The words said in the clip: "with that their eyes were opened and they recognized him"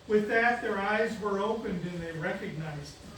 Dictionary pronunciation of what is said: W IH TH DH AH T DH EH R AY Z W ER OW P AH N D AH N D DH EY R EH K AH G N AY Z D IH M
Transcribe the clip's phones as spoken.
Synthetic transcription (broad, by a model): W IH DH AH T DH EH R AY Z W ER OW P AH N D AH N DH EY R EH K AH G N AY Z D